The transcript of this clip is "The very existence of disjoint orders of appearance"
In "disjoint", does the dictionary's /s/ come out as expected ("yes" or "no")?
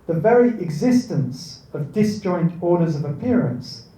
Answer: yes